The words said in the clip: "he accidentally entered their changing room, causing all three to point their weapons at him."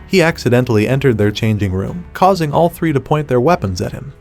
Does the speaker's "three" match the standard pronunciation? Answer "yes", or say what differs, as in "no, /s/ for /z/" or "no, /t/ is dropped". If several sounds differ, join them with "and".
yes